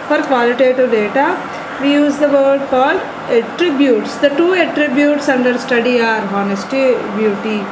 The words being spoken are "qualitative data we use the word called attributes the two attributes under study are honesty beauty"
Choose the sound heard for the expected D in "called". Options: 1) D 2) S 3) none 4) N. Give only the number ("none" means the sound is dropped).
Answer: 3